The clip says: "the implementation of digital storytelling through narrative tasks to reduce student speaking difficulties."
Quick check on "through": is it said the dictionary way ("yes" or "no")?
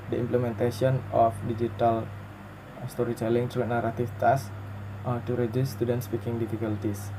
no